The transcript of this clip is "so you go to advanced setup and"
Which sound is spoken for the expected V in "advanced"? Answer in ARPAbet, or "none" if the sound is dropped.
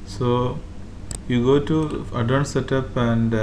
none